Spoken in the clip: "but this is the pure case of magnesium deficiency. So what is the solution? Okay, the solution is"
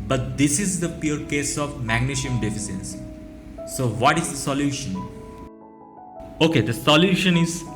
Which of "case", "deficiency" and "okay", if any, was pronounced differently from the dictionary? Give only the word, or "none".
deficiency